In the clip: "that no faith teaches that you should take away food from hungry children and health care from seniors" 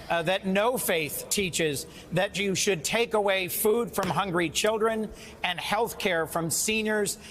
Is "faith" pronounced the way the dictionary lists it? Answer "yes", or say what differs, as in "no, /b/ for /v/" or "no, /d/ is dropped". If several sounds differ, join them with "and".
yes